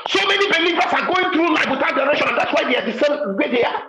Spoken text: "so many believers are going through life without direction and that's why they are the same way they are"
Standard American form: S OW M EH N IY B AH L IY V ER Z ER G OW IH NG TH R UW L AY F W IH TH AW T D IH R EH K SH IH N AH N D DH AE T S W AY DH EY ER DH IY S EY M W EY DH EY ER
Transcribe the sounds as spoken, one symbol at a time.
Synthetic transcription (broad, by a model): S OW M EH N IY B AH L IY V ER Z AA G OW IH NG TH R UW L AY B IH T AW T D IH R EH K SH IH N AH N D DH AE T S W AY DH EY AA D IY S EY M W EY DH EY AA